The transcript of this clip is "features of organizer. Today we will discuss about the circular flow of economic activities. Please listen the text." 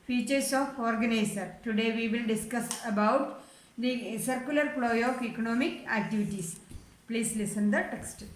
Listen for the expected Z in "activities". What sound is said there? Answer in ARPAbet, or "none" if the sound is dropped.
S